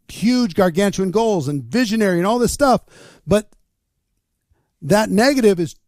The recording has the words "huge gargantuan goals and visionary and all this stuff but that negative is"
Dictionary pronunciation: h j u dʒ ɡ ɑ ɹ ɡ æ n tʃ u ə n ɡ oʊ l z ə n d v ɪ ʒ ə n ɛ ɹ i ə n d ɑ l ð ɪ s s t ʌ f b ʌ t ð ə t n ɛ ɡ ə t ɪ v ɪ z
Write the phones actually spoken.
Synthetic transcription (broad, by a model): h j u dʒ ɡ ɑ ɹ ɡ æ n tʃ u ə n ɡ oʊ l z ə n v ɪ ʒ ə n ɛ ɹ i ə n ɑ l ð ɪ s s t ʌ f b ʌ t ð ə t n ɛ ɡ ə t ɪ v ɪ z